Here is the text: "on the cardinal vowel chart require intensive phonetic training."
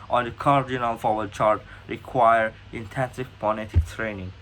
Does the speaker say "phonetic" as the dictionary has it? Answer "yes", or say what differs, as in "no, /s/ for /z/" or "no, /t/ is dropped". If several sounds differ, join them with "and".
no, /p/ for /f/